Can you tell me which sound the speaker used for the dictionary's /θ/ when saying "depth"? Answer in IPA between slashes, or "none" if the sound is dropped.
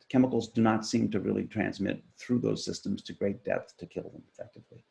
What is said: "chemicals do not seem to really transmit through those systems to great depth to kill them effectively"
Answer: /θ/